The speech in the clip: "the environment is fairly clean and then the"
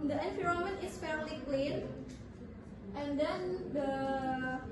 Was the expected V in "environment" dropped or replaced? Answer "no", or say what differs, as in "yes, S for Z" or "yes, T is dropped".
yes, F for V